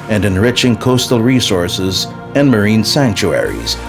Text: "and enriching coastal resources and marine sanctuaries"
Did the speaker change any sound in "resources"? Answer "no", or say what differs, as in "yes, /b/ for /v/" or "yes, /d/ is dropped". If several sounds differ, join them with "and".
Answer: no